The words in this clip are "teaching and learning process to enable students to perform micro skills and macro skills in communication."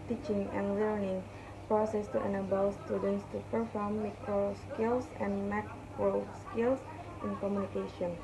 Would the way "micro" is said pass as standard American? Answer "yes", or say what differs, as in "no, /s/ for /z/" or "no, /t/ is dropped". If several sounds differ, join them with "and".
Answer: no, /ɹ/ is dropped